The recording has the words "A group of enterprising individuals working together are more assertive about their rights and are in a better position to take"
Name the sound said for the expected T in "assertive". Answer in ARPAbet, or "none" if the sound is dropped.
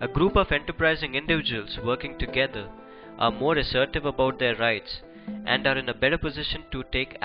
T